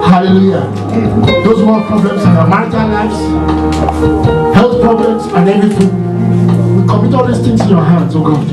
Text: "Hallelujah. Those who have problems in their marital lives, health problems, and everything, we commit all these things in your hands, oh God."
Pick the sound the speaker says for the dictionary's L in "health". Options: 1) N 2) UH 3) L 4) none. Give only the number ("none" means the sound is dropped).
3